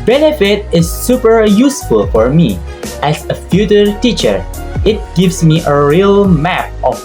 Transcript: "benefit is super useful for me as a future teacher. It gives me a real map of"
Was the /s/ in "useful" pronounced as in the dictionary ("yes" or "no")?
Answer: yes